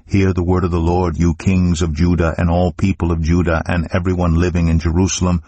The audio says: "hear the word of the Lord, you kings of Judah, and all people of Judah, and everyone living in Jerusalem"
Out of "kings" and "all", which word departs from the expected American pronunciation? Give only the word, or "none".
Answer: none